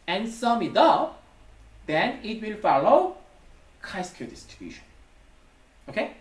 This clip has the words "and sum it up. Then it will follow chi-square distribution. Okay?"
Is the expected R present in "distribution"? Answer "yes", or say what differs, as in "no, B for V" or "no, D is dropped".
no, R is dropped